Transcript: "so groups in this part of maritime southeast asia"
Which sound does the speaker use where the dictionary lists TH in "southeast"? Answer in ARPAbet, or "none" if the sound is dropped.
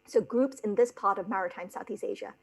TH